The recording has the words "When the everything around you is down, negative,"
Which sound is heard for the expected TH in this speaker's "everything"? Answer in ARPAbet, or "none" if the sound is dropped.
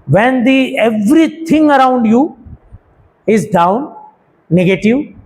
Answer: T